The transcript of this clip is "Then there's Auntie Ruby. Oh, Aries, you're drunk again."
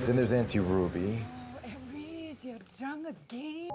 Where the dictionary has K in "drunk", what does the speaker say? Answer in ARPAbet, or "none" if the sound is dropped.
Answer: none